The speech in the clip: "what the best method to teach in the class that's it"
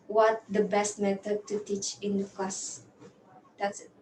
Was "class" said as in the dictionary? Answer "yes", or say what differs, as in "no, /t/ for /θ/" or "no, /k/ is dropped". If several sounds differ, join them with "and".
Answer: no, /l/ is dropped